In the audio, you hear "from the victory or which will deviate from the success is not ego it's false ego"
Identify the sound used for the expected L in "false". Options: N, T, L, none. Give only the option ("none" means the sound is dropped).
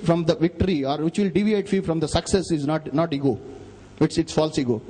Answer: L